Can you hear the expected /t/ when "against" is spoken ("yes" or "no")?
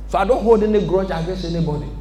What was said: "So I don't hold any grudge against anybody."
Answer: no